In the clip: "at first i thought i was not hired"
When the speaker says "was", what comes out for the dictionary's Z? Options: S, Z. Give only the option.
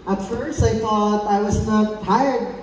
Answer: Z